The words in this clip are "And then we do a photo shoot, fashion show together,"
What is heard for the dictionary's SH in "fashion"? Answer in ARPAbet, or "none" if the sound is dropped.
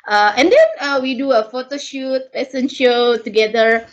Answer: S